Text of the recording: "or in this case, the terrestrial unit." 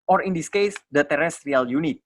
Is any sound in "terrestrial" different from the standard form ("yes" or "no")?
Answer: no